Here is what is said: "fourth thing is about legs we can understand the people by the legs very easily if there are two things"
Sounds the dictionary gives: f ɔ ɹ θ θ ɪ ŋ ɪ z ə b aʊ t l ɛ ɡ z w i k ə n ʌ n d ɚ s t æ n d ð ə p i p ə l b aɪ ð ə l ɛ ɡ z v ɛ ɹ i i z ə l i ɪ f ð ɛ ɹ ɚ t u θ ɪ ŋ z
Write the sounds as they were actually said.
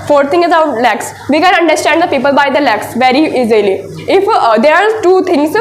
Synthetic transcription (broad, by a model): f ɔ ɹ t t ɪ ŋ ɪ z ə ʊ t l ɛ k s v i k ə n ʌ n d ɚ s t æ n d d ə p i p ə l b aɪ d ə l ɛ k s v ɛ ɹ i i z ə l i ɪ f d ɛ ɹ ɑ t u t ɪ ŋ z